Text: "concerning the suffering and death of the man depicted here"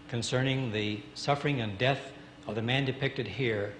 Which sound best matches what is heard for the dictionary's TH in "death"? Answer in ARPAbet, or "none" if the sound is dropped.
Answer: TH